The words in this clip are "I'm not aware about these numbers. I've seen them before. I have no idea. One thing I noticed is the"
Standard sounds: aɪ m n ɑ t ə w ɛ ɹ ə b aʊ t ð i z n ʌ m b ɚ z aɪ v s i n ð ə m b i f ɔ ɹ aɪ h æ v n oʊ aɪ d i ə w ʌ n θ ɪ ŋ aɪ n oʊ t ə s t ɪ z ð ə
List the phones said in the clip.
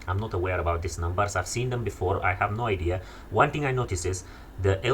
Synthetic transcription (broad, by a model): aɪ m n ɑ t ə w ɛ ɹ ə b aʊ t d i s n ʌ m b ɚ s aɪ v s i n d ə m b i f ɔ ɹ aɪ h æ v n oʊ aɪ d i ə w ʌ n t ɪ ŋ aɪ n oʊ t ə s ɪ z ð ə